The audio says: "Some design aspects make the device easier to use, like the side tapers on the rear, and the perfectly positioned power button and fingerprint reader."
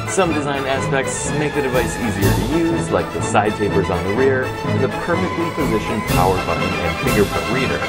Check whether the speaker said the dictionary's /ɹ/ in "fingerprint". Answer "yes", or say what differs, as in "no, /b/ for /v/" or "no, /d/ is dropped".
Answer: no, /ɹ/ is dropped